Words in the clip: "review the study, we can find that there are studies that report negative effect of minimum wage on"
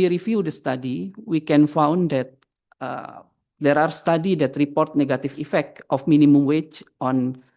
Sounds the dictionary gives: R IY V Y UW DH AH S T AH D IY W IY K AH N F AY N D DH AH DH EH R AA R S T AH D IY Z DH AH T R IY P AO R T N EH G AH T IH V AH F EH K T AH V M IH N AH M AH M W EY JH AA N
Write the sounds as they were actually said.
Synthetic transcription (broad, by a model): R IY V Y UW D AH S T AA D IY W IY K AH N F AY N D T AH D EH R AA R S T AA D IY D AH T R IY P AO R T N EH G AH T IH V AH F EH K T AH F M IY N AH M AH M W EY CH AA N